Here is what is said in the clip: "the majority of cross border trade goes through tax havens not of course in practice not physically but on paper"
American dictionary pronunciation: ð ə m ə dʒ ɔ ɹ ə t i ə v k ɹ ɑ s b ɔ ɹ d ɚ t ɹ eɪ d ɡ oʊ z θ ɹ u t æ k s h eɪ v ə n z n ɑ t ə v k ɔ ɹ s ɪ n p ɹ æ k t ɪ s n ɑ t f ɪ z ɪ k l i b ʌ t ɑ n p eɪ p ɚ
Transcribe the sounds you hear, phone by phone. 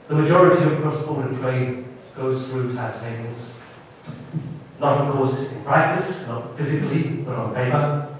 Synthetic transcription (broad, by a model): ð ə m ə dʒ ɔ ɹ ə t i ə v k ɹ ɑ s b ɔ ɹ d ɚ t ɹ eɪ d ɡ oʊ z θ ɹ u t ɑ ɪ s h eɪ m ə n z n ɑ t ə v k ɔ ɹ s ɪ n p ɹ æ k t ɪ s n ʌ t f ɪ z ɪ k l i b ʌ t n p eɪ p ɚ